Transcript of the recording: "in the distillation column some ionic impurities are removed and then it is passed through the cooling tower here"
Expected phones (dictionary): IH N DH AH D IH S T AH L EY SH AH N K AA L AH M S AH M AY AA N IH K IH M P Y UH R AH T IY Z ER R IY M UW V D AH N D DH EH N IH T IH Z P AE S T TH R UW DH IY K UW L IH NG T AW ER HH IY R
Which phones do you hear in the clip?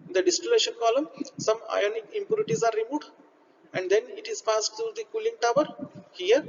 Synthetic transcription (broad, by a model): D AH D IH S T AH L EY SH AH N K AA L AH M S AH M AY AA N IH K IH M P Y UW R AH T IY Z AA R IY M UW D AH N D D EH N IH T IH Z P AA S T T R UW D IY K UW L IH NG T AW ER HH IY R